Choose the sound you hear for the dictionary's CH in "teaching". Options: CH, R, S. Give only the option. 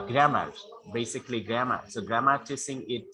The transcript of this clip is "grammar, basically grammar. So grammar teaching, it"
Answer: S